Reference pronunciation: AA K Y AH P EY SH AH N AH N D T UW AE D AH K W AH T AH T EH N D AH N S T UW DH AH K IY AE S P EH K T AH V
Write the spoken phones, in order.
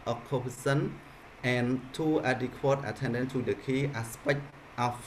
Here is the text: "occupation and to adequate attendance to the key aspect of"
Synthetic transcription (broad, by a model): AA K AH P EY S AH N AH N T UW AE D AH K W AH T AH T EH N D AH N T UW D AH K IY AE S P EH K T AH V